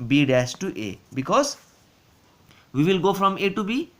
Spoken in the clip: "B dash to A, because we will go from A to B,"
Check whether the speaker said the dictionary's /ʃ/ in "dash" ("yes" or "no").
no